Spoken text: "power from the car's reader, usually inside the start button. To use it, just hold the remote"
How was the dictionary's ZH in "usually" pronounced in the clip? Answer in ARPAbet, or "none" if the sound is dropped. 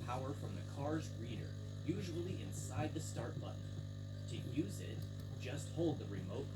ZH